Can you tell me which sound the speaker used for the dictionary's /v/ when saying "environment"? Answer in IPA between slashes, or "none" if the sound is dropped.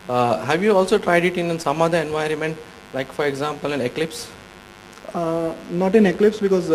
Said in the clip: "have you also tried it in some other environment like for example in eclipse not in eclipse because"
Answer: /v/